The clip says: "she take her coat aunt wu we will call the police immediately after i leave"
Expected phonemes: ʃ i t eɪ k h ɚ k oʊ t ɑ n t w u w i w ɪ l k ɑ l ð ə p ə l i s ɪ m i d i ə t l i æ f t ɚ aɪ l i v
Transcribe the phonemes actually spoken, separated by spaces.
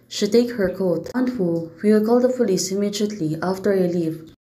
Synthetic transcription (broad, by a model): ʃ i t eɪ k h ɚ k oʊ t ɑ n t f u w i w ɪ l k ɑ l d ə f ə l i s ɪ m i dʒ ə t l i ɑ f t ɚ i l i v